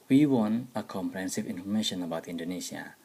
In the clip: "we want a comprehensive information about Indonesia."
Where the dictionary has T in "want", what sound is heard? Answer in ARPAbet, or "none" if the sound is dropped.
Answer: none